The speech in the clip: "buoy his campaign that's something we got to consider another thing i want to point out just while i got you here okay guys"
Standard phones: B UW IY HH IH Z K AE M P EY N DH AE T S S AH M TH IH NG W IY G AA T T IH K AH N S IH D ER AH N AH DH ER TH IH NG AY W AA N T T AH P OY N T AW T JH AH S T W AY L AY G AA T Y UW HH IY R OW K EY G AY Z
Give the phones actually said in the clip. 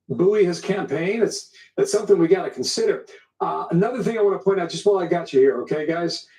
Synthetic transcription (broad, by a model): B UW IY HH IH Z K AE M P EY N DH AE T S S AH M TH IH NG W IY G AA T T IH K N S IH D ER AH N AH DH ER TH IH NG AY W AA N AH P OY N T AW T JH AH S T W AY L AY G AA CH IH HH IY R OW K EY G AY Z